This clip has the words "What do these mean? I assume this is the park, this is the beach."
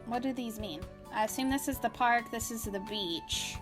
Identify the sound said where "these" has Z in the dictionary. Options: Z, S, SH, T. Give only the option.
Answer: Z